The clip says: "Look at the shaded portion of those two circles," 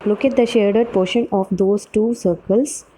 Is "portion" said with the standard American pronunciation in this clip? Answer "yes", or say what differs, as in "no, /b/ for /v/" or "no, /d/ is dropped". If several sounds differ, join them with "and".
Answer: yes